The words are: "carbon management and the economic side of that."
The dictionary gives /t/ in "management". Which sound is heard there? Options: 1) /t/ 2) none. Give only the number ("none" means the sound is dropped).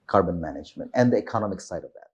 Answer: 1